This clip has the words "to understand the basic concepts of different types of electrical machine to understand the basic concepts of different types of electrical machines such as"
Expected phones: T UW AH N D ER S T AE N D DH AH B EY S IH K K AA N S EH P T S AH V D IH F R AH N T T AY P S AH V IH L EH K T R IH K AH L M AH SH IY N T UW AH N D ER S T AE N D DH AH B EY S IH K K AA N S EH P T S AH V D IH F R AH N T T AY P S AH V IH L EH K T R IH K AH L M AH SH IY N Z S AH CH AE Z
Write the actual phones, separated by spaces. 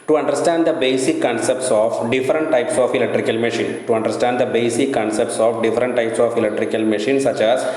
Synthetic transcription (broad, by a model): T UW AH N D ER S T AE N D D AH B EY S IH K K AA N S EH P T S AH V D IH F R AH N T T AY P S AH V IH L EH K T R IH K AH L M AH SH IY N T UW AH N D ER S T AE N D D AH B EY S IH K K AA N S EH P T S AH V D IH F R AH N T T AY P S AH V IH L EH K T R IH K AH L M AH SH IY N S AH CH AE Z